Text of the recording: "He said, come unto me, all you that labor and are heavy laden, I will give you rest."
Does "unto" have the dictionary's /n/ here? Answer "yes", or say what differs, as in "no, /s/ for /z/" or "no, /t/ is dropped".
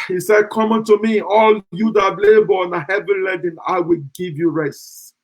yes